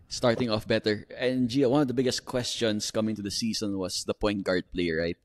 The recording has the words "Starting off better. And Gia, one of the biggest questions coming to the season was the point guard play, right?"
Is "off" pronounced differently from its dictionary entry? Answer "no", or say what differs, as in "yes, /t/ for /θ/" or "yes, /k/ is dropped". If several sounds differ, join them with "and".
no